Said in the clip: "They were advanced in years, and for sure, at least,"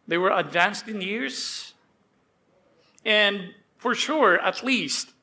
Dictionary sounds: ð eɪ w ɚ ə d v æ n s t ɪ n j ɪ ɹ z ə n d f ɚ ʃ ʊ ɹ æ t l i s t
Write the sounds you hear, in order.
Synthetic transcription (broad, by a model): ð eɪ w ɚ ə d v æ n s t ɪ n j ɪ ɹ z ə n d f ɚ ʃ ʊ ɹ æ t l i s t